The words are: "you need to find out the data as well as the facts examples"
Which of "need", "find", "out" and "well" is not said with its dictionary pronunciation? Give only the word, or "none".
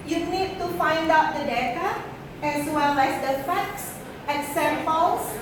none